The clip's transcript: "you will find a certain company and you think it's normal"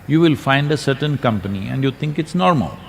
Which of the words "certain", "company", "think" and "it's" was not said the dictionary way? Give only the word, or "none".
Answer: think